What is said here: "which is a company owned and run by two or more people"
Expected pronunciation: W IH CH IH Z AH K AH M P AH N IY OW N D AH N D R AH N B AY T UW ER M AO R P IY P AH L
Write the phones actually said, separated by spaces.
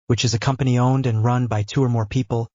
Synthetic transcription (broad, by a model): W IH CH IH Z AH K AH M P AH N IY OW N D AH N R AH N B AY T UW ER M AO R P IY P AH L